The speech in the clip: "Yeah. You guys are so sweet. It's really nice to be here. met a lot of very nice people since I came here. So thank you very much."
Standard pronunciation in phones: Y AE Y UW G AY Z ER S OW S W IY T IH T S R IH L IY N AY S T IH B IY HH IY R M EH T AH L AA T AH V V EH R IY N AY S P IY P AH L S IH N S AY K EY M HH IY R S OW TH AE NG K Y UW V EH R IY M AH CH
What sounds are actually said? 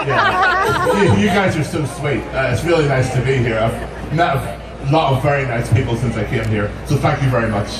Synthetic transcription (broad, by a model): Y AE Y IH G AY Z ER S OW S W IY T IH T S R IH L IY N AY S T IH B IY HH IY R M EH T AH L AA T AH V V EH R IY N AY S P IY P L S IH N S AY K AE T HH IY R S OW TH AE NG K Y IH V EH R IY M AH CH